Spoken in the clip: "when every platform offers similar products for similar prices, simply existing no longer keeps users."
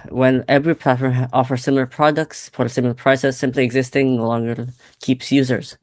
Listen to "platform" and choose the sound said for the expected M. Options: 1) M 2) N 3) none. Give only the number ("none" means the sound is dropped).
3